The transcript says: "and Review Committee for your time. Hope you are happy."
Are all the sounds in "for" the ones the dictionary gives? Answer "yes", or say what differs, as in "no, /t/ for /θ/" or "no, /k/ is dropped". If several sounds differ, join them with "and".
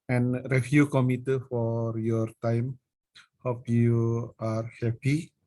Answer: yes